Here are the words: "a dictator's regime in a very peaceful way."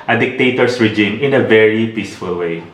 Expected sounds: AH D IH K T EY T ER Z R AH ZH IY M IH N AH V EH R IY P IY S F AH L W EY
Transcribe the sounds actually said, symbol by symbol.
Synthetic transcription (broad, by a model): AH D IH K T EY T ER S R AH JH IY M IH N AH V EH R IY P IY S F AH L W EY